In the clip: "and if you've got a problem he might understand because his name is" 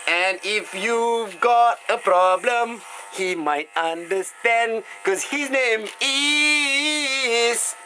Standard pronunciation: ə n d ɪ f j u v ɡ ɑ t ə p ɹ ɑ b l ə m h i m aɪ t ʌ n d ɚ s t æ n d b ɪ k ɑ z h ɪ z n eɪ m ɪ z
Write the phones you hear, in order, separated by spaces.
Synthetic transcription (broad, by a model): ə n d ɪ f j u v ɡ ɑ t ə p ɹ ɑ b l ə m h i m aɪ t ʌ n d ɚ s t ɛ n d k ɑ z h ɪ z n eɪ m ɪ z